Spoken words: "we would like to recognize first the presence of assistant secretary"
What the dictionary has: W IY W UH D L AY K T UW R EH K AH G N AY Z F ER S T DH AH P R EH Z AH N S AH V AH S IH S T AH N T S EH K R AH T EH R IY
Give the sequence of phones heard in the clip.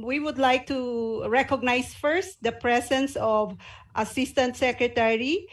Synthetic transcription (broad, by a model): W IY W UH D L AY K T UW R EH K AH G N AY S F ER S T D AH P R EH S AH N S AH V AH S IH S T AH N T S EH K R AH T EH R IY